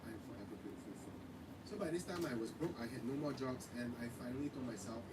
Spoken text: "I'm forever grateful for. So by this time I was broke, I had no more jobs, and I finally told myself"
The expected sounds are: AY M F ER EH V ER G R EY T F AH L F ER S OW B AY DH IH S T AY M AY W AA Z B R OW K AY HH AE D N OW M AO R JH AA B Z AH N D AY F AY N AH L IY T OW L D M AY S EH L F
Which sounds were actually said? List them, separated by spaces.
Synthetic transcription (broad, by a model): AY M F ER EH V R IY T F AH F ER S OW B AY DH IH S T AY M AY W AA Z B R OW K AY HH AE D N OW M AO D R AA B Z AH N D AY F AY N AH L IY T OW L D M AY S EH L F